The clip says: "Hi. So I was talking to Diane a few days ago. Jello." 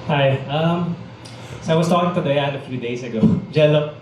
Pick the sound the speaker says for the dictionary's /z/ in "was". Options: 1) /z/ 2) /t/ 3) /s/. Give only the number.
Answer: 3